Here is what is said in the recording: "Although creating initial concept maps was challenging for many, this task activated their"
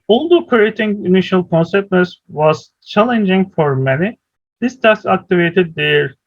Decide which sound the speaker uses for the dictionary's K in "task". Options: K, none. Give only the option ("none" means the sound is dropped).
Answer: none